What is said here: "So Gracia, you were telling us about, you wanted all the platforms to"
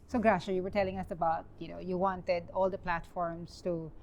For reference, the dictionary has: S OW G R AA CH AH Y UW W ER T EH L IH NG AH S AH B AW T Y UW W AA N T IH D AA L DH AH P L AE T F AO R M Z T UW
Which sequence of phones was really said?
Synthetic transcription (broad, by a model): S OW G R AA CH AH Y UW W ER T EH L IH NG AH S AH B AW T Y UW W AA N T IH D AA L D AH P L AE T F AO R M S T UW